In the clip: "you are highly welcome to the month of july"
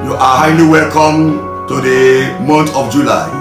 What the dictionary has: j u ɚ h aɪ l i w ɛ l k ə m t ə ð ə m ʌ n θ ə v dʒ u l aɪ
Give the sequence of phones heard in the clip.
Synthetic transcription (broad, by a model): j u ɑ h aɪ l i w ɛ l k ə m t ə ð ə m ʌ n t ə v dʒ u l aɪ